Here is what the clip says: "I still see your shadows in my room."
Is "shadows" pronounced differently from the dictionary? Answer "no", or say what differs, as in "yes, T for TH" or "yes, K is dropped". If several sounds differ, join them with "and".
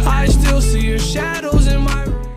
no